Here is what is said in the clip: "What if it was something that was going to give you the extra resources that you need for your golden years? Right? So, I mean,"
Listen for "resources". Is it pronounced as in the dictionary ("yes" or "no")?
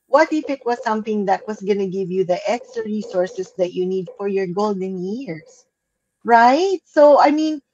no